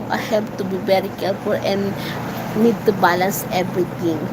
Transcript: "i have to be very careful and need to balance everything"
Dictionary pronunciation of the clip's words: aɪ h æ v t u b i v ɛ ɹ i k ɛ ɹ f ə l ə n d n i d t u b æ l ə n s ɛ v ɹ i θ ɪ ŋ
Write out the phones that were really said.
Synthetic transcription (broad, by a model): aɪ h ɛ p t u b i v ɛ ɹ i k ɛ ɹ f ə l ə n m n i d t u b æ l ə n s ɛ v ɹ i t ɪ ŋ